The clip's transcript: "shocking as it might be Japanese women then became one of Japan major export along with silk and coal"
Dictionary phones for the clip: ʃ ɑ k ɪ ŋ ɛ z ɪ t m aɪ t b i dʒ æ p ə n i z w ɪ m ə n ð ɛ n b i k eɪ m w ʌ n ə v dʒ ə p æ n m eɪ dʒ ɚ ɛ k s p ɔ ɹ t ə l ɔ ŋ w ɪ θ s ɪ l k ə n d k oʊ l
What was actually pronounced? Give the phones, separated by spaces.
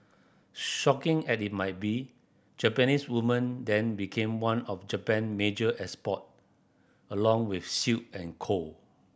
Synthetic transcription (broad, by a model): ʃ ɑ k ɪ ŋ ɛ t ɪ t m aɪ t b i dʒ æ p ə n i s w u m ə n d ɛ n b i k eɪ m w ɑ n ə f dʒ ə p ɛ n m eɪ dʒ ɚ ɛ s p ɔ t ə l ɔ ŋ w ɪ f s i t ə n k oʊ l